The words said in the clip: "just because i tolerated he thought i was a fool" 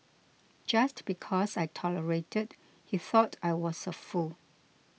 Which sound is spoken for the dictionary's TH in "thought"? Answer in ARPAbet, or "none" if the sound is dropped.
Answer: TH